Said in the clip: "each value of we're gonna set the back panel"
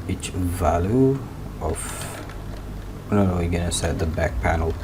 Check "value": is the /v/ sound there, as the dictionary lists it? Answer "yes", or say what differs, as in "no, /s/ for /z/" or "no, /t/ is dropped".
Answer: yes